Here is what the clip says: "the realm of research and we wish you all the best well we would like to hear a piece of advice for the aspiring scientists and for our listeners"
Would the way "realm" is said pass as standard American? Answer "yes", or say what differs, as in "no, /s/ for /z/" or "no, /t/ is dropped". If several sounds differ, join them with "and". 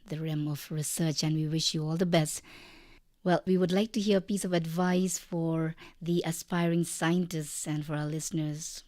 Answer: no, /l/ is dropped